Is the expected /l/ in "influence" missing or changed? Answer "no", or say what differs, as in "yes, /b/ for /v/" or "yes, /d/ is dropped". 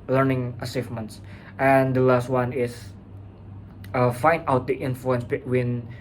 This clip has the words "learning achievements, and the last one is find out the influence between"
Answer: no